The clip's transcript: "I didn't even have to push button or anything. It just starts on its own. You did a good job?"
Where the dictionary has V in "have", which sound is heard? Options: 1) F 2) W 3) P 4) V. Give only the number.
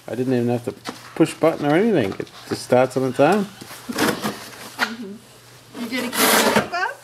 1